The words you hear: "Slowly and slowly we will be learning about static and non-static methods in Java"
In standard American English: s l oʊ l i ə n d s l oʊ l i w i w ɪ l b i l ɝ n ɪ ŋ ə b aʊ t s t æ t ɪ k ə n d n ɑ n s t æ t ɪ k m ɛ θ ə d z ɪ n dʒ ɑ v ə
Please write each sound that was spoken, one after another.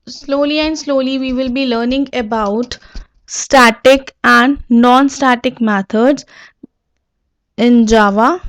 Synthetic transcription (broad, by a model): s l oʊ l i ə n d s l oʊ l i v i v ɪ l b i l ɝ n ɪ ŋ ə b aʊ t s t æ t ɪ k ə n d n ɑ n s t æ t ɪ k m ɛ t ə d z ɪ n dʒ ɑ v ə